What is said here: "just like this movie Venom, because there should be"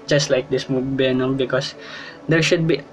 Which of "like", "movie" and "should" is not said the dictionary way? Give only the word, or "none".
movie